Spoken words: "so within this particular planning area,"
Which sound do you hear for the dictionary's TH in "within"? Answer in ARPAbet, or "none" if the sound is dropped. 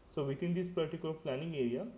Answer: T